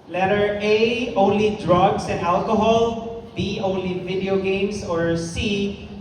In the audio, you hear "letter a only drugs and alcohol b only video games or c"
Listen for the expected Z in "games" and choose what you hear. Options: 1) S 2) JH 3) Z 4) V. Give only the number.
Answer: 1